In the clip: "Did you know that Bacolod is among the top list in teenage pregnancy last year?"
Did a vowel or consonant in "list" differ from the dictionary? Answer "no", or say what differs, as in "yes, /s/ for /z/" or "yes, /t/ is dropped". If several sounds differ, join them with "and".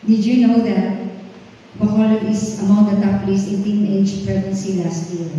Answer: yes, /t/ is dropped